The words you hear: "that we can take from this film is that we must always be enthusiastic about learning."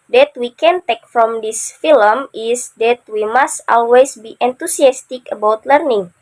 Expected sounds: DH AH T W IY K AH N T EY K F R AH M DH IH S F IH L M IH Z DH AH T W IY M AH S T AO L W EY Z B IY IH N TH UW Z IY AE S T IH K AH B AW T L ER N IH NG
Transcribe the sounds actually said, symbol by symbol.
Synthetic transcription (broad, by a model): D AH T W IY K AH N T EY K F R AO M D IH S F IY L M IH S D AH T W IY M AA S T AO L W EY S B IY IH N T UW S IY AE S T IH K AH B AW T L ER N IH NG